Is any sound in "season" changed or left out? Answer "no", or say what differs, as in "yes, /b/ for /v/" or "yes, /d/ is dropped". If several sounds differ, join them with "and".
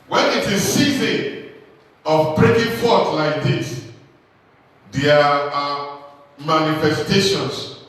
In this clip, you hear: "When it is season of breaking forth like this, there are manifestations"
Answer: yes, /n/ is dropped